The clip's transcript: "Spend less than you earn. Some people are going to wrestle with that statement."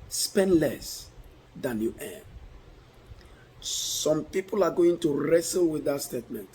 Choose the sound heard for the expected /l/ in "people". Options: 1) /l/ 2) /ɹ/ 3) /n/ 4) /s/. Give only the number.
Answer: 1